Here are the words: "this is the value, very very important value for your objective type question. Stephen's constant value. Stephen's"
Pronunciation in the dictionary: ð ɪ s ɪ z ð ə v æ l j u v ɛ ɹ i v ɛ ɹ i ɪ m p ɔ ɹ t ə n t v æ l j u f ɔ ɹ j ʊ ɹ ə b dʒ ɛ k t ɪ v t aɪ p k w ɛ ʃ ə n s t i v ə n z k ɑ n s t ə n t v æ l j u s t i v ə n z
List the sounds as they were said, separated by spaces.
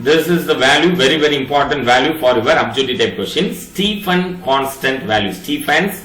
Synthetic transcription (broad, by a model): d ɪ s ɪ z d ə v æ l j u v ɛ ɹ i v ɛ ɹ i ɪ m p ɔ ɹ t ə n t v æ l j u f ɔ ɹ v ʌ ɹ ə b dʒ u t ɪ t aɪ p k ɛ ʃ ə n s t i f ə n k ɑ n s t ə n t v æ l j u s t i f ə n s